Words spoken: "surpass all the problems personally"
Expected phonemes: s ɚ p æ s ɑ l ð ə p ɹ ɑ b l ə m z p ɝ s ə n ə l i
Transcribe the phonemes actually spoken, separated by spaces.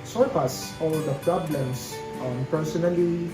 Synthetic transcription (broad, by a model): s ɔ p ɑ s ɑ l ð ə p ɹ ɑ b l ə m s p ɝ s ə n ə l i